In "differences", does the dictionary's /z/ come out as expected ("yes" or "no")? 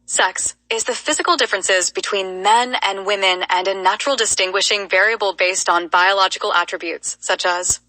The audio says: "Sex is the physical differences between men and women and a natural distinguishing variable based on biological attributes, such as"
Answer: yes